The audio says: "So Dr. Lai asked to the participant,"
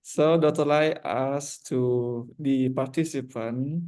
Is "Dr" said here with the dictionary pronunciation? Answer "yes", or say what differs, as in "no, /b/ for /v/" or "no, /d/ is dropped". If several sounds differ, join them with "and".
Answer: no, /k/ is dropped